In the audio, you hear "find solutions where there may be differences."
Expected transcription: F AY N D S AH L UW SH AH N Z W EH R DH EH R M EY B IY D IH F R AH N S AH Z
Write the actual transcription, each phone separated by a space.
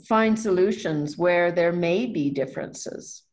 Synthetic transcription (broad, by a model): F AY N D S AH L UW SH AH N Z W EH R DH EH R M EY B IY D IH F R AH N S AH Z